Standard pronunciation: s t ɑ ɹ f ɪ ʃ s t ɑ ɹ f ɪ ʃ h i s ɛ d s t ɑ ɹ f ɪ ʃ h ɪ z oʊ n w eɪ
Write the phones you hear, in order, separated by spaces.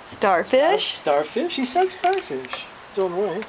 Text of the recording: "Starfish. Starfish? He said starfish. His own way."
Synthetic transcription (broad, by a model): s t ɑ ɹ f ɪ ʃ s t ɑ ɹ f ɪ ʃ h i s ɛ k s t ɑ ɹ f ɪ ʃ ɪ s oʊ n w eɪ